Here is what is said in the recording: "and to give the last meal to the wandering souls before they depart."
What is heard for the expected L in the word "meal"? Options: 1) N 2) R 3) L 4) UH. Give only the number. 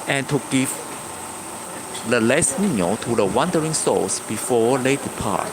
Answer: 1